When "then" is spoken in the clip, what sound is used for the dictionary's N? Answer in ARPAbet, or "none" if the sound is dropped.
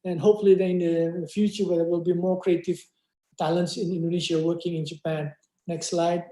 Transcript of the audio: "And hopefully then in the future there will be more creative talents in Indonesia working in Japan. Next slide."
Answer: none